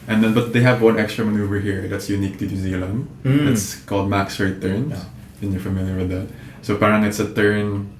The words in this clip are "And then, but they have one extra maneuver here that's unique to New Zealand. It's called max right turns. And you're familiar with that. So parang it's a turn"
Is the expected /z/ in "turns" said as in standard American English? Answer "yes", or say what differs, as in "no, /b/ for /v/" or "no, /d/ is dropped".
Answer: no, /z/ is dropped